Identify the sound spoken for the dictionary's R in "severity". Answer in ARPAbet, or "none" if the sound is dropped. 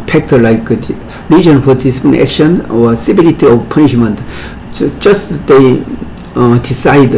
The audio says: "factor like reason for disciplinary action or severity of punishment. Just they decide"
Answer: L